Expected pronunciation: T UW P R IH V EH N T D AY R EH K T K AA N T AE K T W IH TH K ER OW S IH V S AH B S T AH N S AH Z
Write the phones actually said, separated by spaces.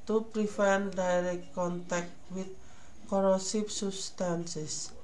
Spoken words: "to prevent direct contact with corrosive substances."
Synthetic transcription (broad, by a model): T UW P R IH F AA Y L D AY R EH K T K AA N T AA K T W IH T K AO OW S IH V S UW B S T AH N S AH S